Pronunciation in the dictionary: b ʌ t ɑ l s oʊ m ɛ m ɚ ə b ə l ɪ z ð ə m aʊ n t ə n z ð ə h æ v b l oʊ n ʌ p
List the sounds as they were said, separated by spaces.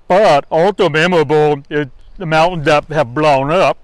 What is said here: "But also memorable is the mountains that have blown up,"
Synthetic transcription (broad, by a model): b ʌ t ɑ l s oʊ m ɛ m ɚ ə b l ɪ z ð ə m aʊ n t n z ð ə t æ v b l oʊ n ʌ p